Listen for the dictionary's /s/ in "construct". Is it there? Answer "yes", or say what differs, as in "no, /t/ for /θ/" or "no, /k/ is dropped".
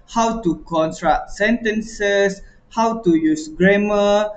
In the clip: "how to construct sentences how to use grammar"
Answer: no, /s/ is dropped